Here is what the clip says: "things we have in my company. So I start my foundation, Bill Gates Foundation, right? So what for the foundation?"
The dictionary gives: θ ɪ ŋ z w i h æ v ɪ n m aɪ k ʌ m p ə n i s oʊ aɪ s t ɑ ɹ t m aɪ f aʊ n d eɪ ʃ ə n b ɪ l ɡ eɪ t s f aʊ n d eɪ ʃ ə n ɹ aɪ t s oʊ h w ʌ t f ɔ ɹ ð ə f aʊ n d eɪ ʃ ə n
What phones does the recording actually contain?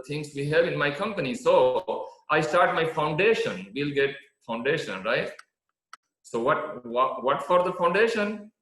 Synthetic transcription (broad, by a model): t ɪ ŋ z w i h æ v ɪ n m aɪ k ʌ m p ə n i s oʊ aɪ s t ɑ ɹ t m aɪ f aʊ n d eɪ ʃ ə n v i l ɡ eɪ t f aʊ n d eɪ ʃ ə n ɹ aɪ t s oʊ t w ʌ t f ɔ ɹ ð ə f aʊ n d eɪ ʃ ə n